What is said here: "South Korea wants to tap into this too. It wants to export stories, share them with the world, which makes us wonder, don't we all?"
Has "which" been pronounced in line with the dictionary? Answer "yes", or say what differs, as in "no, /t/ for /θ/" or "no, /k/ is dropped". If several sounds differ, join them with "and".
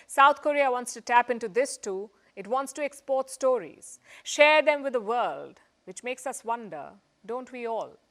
yes